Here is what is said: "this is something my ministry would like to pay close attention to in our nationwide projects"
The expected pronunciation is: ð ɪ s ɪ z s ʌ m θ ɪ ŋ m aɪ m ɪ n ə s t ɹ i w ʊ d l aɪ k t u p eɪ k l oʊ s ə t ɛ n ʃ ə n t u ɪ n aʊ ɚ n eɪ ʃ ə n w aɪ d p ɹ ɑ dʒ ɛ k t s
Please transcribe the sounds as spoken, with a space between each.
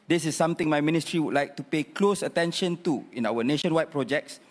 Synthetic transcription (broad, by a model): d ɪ s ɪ s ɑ m t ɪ ŋ m aɪ m ɪ n ə s t ɹ i w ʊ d l aɪ k t u p eɪ k l oʊ s ə t ɛ n ʃ ə n t u ɪ n aʊ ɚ n eɪ ʃ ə n w aɪ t p ɹ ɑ dʒ ɛ k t s